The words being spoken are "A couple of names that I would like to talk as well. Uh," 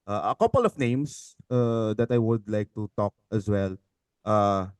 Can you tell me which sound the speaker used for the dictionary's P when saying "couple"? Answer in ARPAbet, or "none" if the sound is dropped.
P